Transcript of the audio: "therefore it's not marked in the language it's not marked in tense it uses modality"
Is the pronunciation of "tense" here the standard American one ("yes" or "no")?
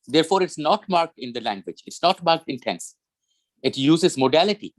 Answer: yes